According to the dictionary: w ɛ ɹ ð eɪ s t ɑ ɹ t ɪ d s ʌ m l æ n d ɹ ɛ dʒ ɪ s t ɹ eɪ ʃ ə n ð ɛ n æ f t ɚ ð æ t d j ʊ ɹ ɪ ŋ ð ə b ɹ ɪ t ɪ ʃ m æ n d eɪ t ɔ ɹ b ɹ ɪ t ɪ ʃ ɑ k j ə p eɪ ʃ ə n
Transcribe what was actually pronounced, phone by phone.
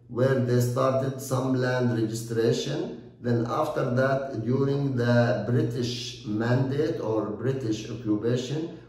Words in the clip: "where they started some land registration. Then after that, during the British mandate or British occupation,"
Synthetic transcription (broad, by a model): w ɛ ɹ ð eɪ s t ɑ ɹ t ɪ d s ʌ m l æ n d ɹ ɛ dʒ ɪ s t ɹ eɪ ʃ ə n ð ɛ n æ f t ɚ ð æ t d j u ɹ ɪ ŋ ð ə b ɹ ɪ t ɪ ʃ m æ n d eɪ t ɔ ɹ b ɹ ɪ t ɪ ʃ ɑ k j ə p eɪ ʃ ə n